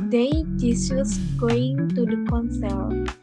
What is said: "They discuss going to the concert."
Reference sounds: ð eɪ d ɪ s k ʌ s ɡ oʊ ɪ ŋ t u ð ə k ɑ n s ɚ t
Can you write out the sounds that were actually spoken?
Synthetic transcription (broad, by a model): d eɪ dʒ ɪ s ʌ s ɡ oʊ ɪ ŋ t u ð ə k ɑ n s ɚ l